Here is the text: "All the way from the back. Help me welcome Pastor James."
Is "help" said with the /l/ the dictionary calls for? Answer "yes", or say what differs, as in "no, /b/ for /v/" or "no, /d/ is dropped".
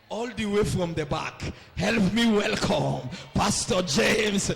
yes